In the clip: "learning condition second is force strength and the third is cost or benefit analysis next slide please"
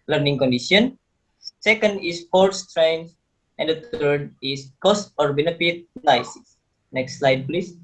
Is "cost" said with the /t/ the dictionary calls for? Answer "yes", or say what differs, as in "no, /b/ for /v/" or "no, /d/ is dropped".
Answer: yes